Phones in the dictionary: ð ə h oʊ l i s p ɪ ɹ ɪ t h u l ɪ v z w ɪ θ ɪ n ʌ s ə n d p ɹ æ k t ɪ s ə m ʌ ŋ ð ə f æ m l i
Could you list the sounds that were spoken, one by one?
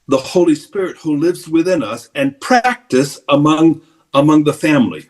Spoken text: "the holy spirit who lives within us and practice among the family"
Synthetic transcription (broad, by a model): ð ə h oʊ l i s p ɪ ɹ ɪ t h u l ɪ v z w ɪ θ ɪ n ʌ s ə n p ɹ æ k t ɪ s ə m ʌ ŋ ð ə f æ m l i